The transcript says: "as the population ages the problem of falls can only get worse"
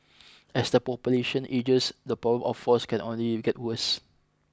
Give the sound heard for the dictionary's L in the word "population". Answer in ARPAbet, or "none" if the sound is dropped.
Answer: L